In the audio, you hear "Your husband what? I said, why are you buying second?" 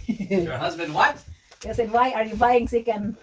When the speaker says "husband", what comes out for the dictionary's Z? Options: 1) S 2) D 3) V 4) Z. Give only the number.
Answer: 4